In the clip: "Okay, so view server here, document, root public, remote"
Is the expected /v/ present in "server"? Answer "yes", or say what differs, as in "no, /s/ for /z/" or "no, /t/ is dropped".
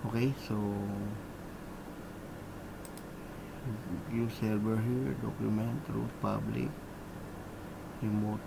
no, /b/ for /v/